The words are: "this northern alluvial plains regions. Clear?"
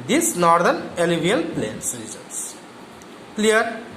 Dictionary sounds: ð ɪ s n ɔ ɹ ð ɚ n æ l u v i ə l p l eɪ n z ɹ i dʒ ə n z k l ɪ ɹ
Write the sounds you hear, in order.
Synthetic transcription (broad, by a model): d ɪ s n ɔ ɹ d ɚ n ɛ l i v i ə l p l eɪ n s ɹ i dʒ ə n s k l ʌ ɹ